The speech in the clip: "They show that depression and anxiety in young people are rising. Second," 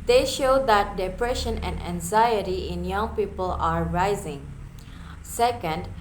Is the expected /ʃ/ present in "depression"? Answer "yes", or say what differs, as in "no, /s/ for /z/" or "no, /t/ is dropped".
yes